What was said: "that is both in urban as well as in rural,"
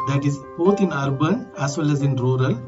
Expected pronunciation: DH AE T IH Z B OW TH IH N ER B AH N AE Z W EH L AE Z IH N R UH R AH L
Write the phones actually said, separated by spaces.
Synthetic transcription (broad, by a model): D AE T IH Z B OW T IH N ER B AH N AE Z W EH L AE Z IH N R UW R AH L